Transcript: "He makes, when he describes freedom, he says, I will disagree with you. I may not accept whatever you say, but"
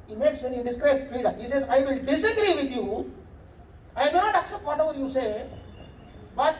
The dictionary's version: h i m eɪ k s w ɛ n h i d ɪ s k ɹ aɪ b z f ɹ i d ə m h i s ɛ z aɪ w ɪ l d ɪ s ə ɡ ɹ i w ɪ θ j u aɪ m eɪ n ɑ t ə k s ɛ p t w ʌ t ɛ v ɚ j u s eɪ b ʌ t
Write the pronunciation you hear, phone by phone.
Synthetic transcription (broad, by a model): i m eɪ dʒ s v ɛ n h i d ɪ s k ɹ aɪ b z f i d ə h i s ɛ z aɪ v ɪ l d ɪ s ə ɡ ɹ i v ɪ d j u aɪ m eɪ n ɑ t ə k s ɛ p t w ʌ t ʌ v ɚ j u s eɪ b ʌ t